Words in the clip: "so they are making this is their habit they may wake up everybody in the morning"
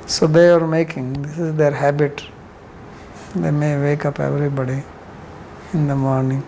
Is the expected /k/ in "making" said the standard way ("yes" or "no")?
yes